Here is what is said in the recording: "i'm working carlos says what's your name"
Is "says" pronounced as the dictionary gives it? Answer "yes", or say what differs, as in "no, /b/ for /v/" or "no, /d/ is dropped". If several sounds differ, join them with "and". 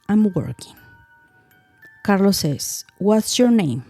no, /s/ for /z/